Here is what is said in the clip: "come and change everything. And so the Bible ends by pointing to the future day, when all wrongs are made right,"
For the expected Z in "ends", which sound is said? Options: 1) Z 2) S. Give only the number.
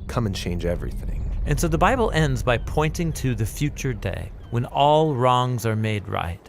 1